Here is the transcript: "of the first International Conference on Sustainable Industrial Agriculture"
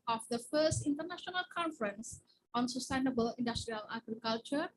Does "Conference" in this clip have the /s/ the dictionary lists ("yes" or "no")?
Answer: yes